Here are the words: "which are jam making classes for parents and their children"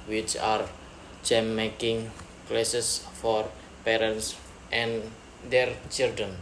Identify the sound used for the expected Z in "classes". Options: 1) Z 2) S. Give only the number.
2